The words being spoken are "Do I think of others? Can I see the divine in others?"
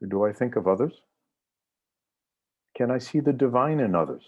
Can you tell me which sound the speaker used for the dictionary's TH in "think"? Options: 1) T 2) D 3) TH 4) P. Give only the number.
3